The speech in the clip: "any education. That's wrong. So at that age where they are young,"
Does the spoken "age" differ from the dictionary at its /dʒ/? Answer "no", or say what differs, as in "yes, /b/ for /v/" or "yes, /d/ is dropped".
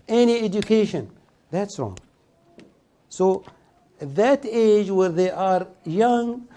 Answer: no